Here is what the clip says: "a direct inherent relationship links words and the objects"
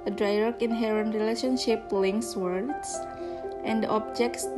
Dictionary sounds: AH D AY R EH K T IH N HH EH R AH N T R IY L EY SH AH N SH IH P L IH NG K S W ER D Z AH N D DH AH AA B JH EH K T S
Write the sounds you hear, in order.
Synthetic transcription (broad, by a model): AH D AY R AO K IH N HH EH R AH N T R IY L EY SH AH N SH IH P L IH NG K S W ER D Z AH N D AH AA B JH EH K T S